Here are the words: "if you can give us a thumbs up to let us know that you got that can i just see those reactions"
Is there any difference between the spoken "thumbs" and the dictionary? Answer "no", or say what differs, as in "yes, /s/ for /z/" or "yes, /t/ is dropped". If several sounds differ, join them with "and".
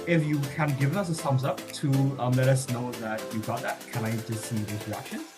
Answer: yes, /s/ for /θ/